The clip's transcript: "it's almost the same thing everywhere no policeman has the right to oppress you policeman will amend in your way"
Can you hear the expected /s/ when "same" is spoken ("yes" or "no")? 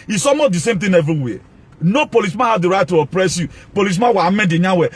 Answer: yes